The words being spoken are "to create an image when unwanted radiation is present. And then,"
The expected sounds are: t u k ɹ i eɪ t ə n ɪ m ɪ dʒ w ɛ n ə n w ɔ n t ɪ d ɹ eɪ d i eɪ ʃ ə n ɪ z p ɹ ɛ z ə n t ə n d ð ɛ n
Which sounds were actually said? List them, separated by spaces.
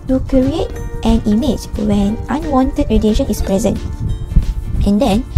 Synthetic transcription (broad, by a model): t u k ɹ i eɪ t ə n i m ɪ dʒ w ɛ n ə n w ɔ n t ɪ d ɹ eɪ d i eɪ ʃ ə n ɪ s p ɹ ɛ z ə n t ə n d ɛ n